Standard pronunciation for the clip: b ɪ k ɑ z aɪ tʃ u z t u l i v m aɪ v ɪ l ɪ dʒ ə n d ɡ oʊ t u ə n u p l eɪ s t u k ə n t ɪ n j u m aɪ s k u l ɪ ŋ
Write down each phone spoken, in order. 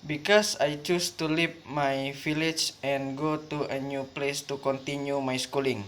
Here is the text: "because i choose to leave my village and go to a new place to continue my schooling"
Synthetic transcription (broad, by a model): b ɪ k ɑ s aɪ tʃ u s t u l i p m aɪ f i l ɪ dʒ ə n ɡ oʊ t u ə n u p l eɪ s t u k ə n t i n j u m aɪ s k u l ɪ ŋ